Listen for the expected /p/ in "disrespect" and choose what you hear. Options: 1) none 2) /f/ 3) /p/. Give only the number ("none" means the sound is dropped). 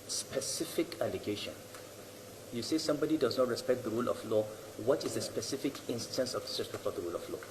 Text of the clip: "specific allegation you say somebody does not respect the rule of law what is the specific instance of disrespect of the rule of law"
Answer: 1